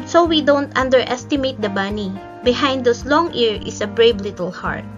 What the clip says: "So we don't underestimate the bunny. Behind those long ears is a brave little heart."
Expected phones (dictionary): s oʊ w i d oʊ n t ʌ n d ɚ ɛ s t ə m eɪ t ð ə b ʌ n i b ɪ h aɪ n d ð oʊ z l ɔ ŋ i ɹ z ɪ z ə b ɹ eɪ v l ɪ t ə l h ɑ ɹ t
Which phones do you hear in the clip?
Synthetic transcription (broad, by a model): s oʊ w i d oʊ n t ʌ n d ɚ ɛ s t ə m eɪ t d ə b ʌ n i b ɪ h aɪ n d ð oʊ s l ɔ ŋ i ɹ ɪ s ə b ɹ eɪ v l ɪ t ə l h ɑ ɹ t